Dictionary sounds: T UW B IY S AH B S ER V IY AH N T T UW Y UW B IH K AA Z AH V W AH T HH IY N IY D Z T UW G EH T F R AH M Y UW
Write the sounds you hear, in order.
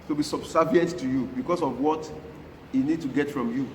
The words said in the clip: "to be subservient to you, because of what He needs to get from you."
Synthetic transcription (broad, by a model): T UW B IY S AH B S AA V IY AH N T T UW Y UW B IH K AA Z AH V W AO T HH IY N IY D T UW G EH T F R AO M Y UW